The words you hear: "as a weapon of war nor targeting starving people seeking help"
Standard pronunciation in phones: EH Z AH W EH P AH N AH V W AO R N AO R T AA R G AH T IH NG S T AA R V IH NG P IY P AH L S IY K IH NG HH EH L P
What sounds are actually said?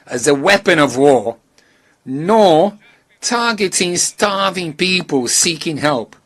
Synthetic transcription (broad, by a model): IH Z AH W EH P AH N AH V W AO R N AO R T AA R G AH T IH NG S T AA R V IH NG P IY P AH L S IY K IH NG HH EH L P